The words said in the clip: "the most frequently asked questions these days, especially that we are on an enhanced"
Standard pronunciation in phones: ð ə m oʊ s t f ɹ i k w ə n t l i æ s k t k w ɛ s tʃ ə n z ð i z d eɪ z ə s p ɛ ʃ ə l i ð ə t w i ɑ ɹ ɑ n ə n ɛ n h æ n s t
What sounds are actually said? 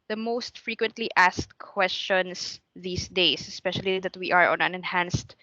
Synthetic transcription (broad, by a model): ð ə m oʊ s t f ɹ i k w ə n t l i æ s k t k w ɛ s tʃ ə n s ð i s d eɪ s ə s p ɛ ʃ ə l i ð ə t w i ɑ ɹ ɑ n ə n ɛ n h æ n s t